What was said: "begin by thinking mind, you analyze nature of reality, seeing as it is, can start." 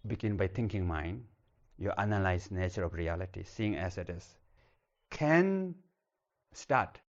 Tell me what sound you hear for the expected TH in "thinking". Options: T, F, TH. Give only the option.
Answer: T